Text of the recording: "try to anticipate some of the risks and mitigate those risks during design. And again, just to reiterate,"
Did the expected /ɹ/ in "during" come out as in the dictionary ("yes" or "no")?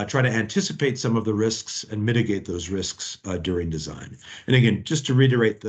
yes